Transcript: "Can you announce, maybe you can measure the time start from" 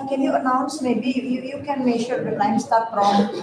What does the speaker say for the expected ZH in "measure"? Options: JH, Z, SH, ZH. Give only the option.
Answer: SH